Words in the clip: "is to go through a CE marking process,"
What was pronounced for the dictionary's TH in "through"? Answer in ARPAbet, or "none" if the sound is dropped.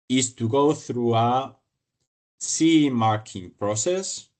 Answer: TH